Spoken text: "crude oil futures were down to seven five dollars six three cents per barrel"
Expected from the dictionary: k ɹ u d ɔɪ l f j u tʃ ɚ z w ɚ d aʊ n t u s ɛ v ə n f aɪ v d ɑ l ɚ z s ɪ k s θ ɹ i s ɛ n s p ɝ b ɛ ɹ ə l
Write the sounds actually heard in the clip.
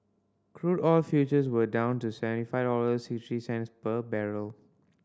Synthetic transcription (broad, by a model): k ɹ u d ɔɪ l f j u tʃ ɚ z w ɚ d aʊ n t u s ɛ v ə n f aɪ v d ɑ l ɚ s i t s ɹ i s ɛ n s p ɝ b ɛ ɹ ə l